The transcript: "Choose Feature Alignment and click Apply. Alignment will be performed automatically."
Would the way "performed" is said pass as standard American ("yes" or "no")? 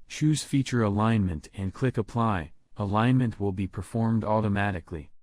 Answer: yes